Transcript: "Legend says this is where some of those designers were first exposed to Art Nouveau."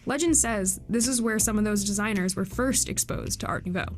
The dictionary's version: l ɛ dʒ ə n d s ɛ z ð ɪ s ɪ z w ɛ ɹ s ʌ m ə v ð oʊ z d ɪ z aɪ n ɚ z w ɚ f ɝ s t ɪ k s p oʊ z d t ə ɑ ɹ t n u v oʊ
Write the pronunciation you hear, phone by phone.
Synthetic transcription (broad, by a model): l ɛ dʒ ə n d s ɛ z ð ɪ s ɪ z w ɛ ɹ s ʌ m ə v ð oʊ z d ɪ z aɪ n ɚ z w ɚ f ɝ s t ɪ k s p oʊ z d t ə ɑ ɹ t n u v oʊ